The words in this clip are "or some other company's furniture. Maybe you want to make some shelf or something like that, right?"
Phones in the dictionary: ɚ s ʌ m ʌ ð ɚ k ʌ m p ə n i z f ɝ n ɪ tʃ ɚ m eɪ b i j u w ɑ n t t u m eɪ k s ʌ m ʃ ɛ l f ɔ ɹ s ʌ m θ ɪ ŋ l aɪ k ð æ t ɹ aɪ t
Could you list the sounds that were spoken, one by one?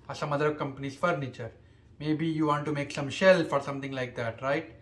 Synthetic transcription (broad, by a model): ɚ s ʌ m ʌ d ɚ k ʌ m p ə n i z f ɝ n ɪ tʃ ɚ m eɪ b i j u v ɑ n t t u m eɪ k s ʌ m ʃ ɛ l f ɔ ɹ s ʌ m t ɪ ŋ l aɪ k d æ t ɹ aɪ t